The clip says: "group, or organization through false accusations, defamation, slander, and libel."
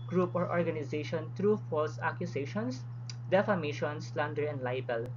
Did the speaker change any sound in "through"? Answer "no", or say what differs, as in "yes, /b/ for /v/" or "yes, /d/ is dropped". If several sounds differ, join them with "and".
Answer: yes, /t/ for /θ/